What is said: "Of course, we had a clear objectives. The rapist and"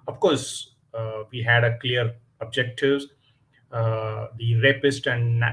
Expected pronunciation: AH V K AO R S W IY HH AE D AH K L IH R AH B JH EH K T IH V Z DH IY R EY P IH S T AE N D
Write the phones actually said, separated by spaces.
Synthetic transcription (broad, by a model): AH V K AO R S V IY HH AE D AH K L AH R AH B JH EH K T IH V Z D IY R EY P IH S T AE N D